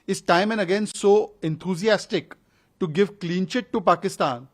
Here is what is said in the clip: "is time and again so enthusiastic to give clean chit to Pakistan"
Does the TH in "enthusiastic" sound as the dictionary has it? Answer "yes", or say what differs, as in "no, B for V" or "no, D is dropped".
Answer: no, T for TH